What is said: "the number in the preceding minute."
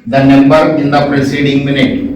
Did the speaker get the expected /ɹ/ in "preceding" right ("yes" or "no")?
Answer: yes